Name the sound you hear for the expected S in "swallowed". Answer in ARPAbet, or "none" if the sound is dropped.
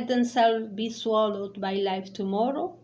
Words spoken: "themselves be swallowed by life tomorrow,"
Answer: S